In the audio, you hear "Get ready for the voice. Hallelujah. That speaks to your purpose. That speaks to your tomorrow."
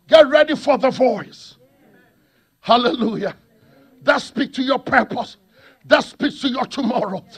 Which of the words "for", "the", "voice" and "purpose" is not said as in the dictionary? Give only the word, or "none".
none